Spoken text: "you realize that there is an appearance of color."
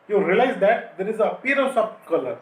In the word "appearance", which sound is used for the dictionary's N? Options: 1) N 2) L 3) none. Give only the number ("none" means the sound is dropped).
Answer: 3